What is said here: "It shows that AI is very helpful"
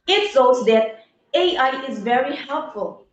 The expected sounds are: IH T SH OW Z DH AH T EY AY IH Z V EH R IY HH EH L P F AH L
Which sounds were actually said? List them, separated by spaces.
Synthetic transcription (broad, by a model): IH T S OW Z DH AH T EY AY IH Z V EH R IY HH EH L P F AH L